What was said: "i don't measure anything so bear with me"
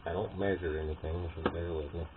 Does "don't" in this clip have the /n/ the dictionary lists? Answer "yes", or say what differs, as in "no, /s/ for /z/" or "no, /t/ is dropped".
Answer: yes